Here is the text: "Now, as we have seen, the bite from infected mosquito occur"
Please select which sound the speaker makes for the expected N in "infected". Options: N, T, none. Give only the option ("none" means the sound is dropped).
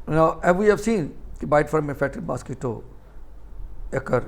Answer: none